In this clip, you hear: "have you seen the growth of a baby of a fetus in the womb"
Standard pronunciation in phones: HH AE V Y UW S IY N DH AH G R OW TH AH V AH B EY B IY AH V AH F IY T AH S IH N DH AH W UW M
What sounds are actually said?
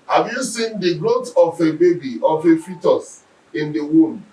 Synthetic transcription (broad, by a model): HH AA V Y UW S IY N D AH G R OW T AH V AH B EY B IY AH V AH F IY T AH S IH N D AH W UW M